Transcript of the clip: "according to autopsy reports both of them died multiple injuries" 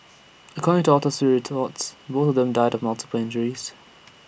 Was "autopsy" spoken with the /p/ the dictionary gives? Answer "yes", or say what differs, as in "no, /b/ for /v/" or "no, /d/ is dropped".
no, /p/ is dropped